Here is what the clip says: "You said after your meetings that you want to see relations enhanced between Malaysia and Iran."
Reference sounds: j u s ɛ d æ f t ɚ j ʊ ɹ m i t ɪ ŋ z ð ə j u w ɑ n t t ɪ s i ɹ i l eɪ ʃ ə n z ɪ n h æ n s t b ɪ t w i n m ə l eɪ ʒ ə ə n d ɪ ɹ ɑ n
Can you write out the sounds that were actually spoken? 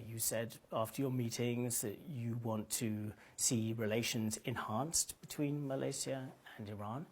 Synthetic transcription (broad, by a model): j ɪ s ɛ d æ f t ɚ j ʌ ɹ m i t ɪ ŋ z ð ə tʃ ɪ w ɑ n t t ɪ s i ɹ i l eɪ ʃ ə n z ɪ n h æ n s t b ɪ t w i n m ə l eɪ s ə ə n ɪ ɹ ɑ n